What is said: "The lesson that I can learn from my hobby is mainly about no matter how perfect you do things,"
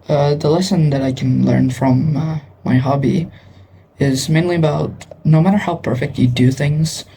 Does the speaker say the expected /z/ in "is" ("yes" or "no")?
yes